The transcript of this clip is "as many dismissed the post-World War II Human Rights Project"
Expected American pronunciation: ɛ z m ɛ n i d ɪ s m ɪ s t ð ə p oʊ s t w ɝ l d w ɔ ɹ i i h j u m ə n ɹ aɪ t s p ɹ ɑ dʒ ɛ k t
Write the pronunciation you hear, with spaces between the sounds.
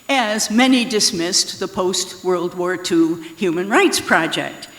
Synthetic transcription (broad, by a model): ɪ z m ɛ n i d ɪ s m ɪ s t ð ə p oʊ s t w ɝ l d w ɔ ɹ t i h j u m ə n ɹ aɪ t s p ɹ ɑ dʒ ɛ k t